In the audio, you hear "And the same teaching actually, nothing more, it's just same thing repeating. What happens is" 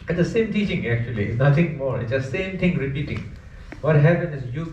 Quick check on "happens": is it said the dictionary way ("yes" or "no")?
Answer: no